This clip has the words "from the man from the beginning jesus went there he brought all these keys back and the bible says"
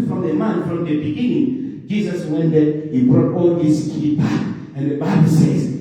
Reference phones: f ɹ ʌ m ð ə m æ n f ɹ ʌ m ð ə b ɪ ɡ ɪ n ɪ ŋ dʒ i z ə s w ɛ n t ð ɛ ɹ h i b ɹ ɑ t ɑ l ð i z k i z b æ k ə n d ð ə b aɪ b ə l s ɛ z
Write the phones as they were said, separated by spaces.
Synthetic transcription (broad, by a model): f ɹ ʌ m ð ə m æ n f ɹ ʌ m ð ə b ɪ ɡ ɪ n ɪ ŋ dʒ i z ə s w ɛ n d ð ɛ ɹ h i b ɹ ɑ t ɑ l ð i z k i b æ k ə n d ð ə b aɪ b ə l s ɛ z